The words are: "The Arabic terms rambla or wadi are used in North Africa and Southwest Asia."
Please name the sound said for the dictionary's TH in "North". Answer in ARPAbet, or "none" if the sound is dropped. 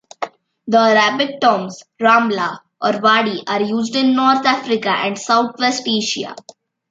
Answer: T